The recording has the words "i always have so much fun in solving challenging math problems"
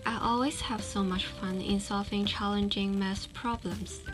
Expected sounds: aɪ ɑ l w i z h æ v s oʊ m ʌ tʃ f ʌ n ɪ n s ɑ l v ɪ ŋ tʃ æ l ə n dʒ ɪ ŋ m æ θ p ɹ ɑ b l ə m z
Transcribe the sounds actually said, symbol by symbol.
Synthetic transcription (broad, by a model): aɪ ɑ l w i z h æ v s oʊ m ʌ tʃ f ʌ n ɪ n s ɑ l v ɪ ŋ tʃ æ l ə n dʒ ɪ ŋ m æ s p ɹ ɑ b l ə m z